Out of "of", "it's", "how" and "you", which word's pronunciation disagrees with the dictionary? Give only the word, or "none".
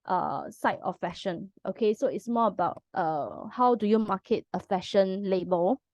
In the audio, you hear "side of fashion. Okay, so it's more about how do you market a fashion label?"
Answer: of